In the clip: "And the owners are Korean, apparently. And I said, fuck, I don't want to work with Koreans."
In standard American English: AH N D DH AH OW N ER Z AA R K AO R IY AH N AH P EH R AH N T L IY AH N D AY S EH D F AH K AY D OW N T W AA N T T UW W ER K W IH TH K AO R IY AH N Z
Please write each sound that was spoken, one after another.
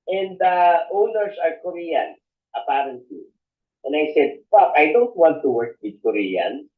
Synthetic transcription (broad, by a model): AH N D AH OW N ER S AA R K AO R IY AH N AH P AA R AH N T L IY AH N D AY S EH D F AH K AY D OW N T W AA N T T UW W ER K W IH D K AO R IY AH N